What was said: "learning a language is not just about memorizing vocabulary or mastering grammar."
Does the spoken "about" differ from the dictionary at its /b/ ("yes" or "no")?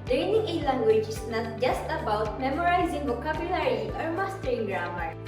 no